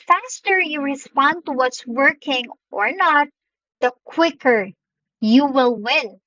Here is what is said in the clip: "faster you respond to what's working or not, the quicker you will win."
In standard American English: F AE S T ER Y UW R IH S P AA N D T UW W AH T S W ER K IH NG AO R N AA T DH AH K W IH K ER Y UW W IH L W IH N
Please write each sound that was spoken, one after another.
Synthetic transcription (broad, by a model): F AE S T ER Y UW R IH S P AA N D T UW W AH T S W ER K IH NG AO R N AA T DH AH K W IH K ER Y UW W IH L W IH N